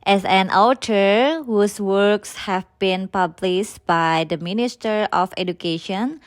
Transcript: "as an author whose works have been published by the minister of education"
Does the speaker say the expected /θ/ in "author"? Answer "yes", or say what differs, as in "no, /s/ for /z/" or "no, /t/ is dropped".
no, /t/ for /θ/